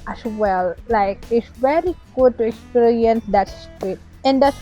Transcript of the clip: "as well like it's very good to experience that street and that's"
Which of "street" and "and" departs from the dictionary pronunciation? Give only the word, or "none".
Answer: street